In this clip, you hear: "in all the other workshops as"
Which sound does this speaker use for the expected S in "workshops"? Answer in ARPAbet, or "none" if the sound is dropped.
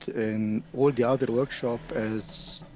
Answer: none